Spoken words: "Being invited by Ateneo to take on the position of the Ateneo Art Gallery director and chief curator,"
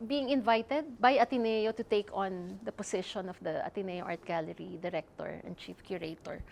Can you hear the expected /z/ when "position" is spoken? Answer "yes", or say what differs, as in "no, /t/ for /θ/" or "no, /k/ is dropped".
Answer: no, /s/ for /z/